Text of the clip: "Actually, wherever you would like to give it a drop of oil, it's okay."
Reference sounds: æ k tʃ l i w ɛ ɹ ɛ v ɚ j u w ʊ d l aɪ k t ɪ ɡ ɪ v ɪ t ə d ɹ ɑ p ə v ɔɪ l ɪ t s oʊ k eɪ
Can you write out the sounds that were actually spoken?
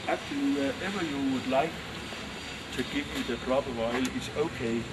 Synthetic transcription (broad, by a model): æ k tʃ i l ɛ ɛ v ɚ j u w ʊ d l aɪ k t ɪ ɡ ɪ v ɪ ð ə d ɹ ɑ b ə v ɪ l ɪ t s oʊ k eɪ